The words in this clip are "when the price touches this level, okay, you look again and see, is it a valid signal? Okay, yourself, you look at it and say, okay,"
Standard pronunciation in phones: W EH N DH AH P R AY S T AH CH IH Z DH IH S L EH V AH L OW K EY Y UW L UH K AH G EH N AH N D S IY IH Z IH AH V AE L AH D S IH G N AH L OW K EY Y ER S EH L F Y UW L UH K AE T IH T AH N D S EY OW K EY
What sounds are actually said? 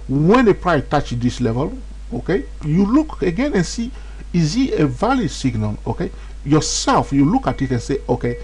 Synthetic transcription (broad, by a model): W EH N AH P R AY T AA CH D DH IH S L EH V AH L OW K EY Y UW L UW K AH G EH N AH N S IY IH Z IH AH V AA L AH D S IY G N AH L OW K EY Y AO S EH L F Y UW L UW K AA T IH T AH N S EY OW K EY